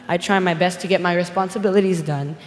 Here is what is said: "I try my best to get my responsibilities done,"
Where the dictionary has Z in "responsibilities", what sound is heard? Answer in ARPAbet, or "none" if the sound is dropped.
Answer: Z